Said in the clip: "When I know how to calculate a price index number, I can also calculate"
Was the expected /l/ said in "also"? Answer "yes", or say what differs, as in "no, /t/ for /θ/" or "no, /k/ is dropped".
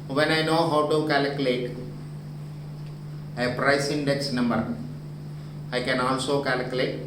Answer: no, /n/ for /l/